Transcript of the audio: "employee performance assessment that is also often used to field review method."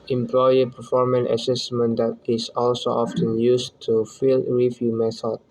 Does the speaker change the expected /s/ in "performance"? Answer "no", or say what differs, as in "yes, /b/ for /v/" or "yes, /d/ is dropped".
yes, /s/ is dropped